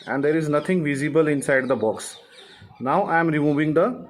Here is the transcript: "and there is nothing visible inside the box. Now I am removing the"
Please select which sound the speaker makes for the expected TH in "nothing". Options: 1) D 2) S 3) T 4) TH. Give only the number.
3